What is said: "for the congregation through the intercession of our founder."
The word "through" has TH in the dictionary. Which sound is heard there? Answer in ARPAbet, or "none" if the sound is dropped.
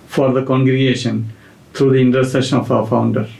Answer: T